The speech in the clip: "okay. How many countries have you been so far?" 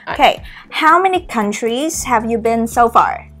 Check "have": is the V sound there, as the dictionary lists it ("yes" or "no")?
yes